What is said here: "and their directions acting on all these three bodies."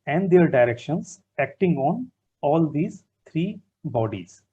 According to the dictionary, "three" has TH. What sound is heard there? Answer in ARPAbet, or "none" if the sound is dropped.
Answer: T